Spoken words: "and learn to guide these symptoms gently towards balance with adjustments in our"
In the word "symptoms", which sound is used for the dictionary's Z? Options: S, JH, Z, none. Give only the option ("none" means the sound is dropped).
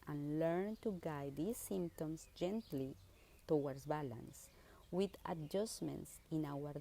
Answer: S